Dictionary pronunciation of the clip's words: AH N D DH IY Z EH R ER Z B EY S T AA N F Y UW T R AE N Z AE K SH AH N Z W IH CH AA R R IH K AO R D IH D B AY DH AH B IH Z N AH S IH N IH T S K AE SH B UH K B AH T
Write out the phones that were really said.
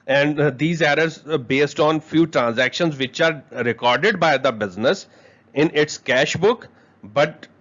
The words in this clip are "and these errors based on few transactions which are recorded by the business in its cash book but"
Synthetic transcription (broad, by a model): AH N D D IY Z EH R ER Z B EY S T AA N F Y UW T R AE N Z AE K SH AH N Z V IH CH AA R R IH K AO R D IH D B AY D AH B IH Z N AH S IH N IH T S K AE SH B UH K B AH T